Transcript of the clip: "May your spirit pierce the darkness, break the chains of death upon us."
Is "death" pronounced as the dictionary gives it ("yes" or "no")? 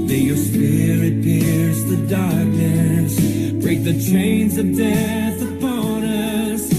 yes